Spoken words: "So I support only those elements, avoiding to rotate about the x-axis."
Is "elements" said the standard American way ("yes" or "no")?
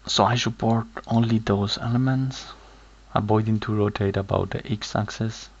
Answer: yes